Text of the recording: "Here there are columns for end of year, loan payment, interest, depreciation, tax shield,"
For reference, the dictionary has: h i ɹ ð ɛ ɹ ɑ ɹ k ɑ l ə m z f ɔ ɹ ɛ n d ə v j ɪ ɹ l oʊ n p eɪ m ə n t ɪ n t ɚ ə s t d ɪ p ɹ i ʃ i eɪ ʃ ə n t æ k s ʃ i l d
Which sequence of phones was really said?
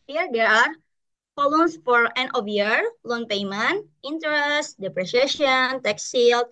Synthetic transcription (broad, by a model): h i ɹ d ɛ ɹ ɑ ɹ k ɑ l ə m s f ɔ ɹ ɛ n ə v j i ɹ l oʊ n p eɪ m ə n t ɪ n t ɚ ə s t d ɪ p ɹ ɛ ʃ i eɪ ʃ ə n t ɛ k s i l